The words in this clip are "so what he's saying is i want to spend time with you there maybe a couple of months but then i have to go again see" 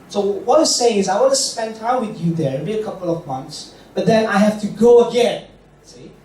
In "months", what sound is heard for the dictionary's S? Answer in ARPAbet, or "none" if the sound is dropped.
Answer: S